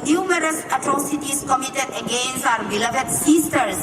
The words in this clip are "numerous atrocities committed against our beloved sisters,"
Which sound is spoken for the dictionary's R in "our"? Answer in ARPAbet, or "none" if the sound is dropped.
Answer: R